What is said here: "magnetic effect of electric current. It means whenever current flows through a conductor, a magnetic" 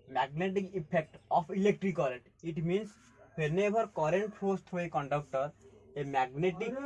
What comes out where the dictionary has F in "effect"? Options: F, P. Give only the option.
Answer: P